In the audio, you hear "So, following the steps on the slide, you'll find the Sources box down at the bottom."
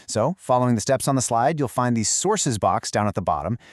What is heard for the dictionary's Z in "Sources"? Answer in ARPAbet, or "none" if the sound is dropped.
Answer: Z